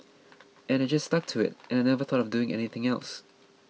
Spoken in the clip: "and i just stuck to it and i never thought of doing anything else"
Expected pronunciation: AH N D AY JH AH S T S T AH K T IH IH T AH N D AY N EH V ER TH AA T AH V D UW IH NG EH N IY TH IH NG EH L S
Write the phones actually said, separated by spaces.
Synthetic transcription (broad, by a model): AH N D AY JH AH S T S T AH K T IH IH T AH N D AY N EH V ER TH AA T AH V D UW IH NG EH N IY TH IH NG EH L S